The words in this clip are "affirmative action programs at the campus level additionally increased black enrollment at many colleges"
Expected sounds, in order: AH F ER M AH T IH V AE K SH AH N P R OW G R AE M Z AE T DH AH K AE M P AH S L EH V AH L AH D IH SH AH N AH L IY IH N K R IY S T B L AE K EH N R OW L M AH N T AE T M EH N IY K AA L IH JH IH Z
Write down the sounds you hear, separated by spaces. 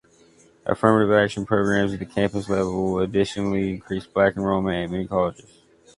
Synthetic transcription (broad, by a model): AH F ER M AH T IH V AE K SH AH N P R OW G R AE M Z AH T DH AH K AE M P AH S L EH V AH L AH D IH SH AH N L IY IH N K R IY S B L AE K N R OW M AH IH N M EH N IY K AA L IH JH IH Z